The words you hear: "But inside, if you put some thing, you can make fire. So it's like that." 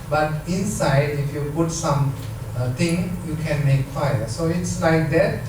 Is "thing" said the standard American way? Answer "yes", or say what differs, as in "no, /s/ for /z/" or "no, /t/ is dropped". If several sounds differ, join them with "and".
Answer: no, /t/ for /θ/